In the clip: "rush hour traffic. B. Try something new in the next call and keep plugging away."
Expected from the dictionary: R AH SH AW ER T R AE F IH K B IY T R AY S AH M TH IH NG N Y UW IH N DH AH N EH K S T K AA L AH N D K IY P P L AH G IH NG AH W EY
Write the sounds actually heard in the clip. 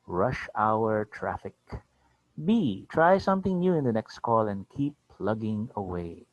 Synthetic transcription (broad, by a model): R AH SH AW ER T R AE F IH K B IY T R AY S AH M TH IH NG N Y UW IH N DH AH N EH K S T K AA L AH N D K IY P P L AH G IH NG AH W EY